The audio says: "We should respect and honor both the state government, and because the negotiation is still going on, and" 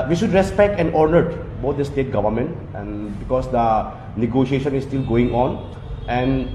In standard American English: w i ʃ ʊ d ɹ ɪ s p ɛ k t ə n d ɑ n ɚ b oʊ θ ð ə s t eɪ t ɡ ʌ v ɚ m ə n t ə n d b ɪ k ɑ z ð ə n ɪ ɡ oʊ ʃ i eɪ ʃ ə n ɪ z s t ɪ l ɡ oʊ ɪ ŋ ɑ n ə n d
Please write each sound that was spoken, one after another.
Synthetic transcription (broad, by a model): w i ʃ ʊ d ɹ ɪ s p ɛ k t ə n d n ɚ b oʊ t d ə s t eɪ t ɡ ʌ v ɚ m ə n t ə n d b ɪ k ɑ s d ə n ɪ ɡ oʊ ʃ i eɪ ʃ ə n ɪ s t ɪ l ɡ oʊ ɪ ŋ ɑ n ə n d